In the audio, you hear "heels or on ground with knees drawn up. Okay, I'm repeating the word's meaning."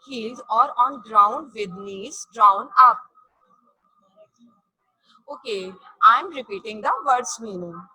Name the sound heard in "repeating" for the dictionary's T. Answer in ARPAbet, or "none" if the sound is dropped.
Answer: T